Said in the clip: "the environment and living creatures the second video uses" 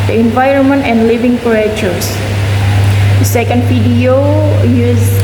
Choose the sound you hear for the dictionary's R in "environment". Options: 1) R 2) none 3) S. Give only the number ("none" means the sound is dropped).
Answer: 1